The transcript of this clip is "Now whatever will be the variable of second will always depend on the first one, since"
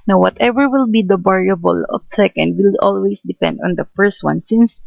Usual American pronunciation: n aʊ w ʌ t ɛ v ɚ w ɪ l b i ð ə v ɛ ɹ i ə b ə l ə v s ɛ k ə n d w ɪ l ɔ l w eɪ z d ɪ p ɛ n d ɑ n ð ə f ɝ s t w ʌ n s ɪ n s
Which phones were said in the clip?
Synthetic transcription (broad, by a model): n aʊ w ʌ t ɛ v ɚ w ɪ l b i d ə b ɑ ɹ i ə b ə l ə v s ɛ k ə n d w ɪ l ɔ l w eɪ s d ɪ p ɛ n d ɑ n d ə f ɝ s t w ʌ n s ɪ n s